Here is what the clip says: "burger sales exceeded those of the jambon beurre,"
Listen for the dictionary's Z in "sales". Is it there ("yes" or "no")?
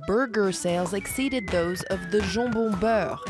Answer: yes